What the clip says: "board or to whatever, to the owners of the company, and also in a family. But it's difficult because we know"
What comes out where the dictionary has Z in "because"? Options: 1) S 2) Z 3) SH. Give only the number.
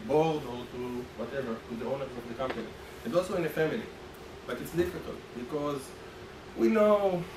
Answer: 2